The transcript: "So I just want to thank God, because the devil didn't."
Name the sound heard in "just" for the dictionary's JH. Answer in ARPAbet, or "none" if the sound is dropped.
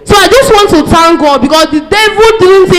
JH